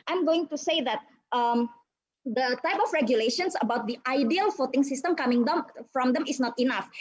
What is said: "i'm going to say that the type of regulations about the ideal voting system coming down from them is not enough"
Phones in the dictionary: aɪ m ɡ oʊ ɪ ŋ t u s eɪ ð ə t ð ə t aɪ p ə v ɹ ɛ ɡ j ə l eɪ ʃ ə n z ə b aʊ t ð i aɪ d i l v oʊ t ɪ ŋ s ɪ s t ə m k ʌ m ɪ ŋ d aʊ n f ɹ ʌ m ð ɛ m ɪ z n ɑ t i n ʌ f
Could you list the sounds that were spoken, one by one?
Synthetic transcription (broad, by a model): aɪ m ɡ oʊ ɪ ŋ t u s eɪ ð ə t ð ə t aɪ p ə f ɹ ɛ ɡ j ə l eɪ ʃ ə n s ə b aʊ t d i aɪ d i l f oʊ t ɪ ŋ s ɪ s t ə m k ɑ m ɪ ŋ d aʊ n f ɹ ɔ m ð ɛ m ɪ s n ɑ t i n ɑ f